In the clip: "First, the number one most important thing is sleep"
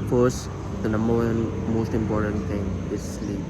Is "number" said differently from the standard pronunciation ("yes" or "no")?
yes